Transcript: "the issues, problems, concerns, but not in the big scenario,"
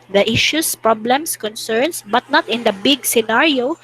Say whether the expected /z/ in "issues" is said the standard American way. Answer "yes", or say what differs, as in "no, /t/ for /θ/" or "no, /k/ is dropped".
no, /s/ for /z/